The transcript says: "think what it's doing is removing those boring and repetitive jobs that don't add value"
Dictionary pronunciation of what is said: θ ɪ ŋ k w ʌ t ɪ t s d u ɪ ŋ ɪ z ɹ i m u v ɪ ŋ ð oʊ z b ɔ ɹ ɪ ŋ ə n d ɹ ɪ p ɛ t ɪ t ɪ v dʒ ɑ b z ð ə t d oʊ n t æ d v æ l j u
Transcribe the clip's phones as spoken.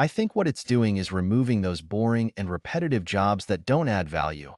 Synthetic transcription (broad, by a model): θ ɪ ŋ k w ʌ t ɪ t s d u ɪ ŋ ɪ z ɹ i m u v ɪ ŋ ð oʊ z b ɔ ɹ ɪ ŋ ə n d ɹ ɪ p ɛ t ɪ t ɪ v dʒ ɑ b z ð ə t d oʊ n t æ d v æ l j u